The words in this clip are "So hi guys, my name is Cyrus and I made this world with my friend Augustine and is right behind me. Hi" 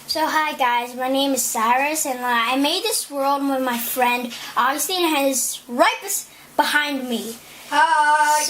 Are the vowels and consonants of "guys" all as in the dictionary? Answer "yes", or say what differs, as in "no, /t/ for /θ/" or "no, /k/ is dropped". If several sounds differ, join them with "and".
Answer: yes